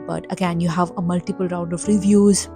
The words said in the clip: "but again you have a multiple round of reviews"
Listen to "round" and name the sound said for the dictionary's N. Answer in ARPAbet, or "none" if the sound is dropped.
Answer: N